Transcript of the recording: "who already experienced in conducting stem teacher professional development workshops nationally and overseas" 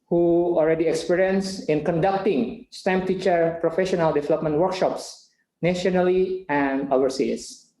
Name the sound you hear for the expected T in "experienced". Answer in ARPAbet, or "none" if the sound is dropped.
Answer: none